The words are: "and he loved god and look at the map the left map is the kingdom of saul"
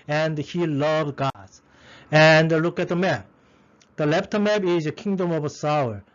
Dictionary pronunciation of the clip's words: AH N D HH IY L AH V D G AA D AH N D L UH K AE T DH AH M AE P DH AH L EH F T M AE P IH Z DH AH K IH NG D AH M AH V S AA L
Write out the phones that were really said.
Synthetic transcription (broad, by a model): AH N D HH IY L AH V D G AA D AH N D L UH K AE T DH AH M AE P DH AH L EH P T M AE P IH Z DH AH K IH NG D AH M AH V S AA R